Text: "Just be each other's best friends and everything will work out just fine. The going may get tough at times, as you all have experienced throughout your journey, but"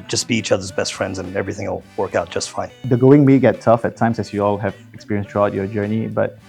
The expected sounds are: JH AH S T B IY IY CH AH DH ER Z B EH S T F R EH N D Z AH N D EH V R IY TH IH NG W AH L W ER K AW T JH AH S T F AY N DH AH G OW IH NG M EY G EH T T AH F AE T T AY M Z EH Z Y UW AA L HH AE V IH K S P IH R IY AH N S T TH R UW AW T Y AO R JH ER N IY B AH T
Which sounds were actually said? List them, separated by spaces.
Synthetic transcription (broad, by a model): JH AH S B IY IY CH AH DH ER Z B EH S T F R EH N D Z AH N EH V R IY TH IH NG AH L W ER K AW T JH AH S T F AY N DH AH G OW IH NG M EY G EH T T AH F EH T T AY M S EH S Y UW AA L HH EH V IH K S P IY R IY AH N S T R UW AW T Y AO JH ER N IY B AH T